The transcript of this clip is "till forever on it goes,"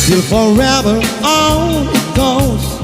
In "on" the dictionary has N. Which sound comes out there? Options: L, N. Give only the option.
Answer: L